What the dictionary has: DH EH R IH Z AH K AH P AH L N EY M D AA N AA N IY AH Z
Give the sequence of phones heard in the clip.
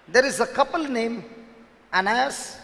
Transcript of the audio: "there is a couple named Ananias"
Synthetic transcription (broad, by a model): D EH R IH Z AH K AH P AH L N EY M AA N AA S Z